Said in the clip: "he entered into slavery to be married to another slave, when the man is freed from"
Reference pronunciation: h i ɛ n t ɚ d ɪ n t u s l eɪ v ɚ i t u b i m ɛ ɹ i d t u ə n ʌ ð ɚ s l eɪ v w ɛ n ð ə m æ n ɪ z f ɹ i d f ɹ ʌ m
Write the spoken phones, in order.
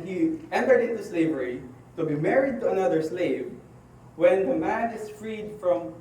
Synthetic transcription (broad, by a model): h i ɛ n t ɚ d ɪ n t u s l eɪ v ɚ i t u b i m ɛ ɹ i d t u ə n ʌ ð ɚ s l eɪ v w ɛ n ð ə m æ n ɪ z f ɹ i d f ɹ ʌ m